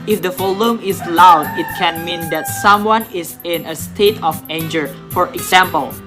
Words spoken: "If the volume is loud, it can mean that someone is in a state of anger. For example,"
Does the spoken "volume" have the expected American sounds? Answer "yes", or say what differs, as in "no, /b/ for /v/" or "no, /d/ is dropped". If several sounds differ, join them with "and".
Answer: no, /f/ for /v/